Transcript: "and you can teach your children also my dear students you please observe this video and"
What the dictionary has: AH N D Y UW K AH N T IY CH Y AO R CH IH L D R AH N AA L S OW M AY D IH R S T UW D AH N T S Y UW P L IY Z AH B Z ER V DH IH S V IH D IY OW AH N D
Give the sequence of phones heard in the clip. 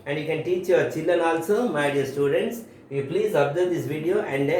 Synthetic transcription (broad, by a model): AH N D Y UW K AH N T IY CH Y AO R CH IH L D AH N AA L S OW M AY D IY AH S T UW D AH N T S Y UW P L IY Z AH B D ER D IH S V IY D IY OW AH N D